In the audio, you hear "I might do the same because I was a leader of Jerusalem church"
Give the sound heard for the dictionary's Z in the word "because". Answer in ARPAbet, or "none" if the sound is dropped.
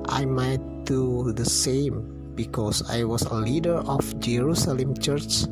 S